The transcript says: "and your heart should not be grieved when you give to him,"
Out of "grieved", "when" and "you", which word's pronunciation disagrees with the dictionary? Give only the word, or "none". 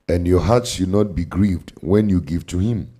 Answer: none